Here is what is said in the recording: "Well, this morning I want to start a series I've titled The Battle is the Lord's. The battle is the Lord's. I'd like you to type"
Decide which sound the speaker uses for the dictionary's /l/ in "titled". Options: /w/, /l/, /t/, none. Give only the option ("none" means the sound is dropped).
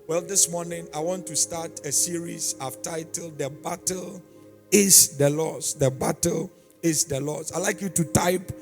/l/